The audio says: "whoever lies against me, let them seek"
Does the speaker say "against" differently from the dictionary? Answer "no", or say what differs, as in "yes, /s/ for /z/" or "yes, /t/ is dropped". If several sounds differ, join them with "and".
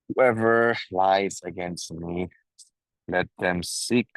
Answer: no